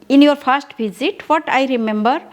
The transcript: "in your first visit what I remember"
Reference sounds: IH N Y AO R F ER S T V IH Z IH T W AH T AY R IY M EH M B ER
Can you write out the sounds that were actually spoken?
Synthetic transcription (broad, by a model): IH N Y AO R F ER S T B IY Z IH T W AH T AY R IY M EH M B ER